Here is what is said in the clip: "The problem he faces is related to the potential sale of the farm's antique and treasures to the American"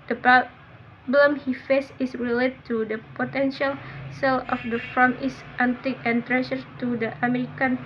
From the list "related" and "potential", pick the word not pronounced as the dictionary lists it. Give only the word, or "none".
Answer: none